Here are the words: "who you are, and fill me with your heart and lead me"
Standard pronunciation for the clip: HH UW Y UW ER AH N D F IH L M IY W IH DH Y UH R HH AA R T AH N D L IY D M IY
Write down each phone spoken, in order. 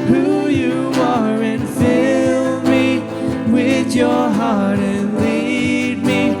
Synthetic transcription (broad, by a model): HH UW Y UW ER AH N F IH L M IY W IH DH Y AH R HH AA R T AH N L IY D M IY